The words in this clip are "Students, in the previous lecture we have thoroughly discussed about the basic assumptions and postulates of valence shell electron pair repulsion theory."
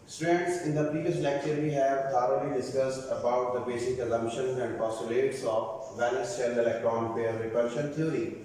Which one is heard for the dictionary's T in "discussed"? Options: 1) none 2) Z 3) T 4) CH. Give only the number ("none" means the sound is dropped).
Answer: 3